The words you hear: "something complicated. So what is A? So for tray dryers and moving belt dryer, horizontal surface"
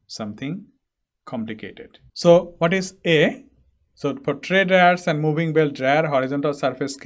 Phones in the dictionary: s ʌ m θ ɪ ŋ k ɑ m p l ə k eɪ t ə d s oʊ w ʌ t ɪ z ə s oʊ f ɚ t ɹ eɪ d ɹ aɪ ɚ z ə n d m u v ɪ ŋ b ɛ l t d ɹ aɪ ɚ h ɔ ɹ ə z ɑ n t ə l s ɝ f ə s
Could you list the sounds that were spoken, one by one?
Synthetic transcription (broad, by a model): s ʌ m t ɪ ŋ k ɑ m p l ə k eɪ t ə d s oʊ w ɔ t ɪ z ə s oʊ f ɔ t ɹ eɪ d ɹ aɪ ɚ s ə n d m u b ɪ ŋ b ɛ l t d ɹ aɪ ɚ h ɔ ɹ ə z ɑ n t ə l s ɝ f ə s